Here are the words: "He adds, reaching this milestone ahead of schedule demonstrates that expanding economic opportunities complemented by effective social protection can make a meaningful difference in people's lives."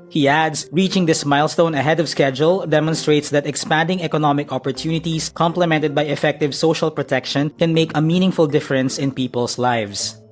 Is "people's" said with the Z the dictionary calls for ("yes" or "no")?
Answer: no